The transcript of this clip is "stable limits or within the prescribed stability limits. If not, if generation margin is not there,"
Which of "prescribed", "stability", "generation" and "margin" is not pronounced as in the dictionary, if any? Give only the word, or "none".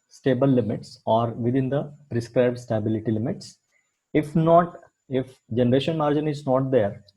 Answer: none